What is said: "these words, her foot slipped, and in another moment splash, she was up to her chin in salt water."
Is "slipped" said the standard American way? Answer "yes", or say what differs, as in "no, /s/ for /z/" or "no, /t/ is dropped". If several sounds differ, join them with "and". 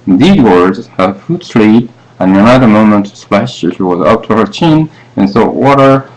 no, /t/ is dropped